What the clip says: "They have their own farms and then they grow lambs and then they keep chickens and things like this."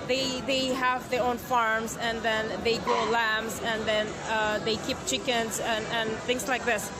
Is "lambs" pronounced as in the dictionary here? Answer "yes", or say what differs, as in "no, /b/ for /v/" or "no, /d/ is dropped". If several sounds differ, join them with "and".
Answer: yes